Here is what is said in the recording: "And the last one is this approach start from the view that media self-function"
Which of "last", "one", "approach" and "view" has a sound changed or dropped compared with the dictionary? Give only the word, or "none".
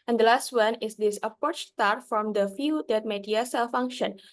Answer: view